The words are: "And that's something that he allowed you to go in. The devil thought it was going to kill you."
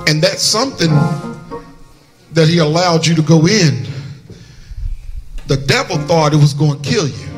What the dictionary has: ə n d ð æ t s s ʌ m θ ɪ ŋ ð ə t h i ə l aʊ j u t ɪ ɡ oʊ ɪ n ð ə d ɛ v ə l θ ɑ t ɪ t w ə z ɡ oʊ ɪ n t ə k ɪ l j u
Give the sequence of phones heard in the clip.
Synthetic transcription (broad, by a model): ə n ð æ t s s ʌ m θ ɪ ŋ ð ə t h i ə l aʊ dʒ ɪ t ɪ ɡ oʊ ɪ n ð ə d ɛ v l θ ɑ t ɪ t w ə z ɡ oʊ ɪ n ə k ɪ l j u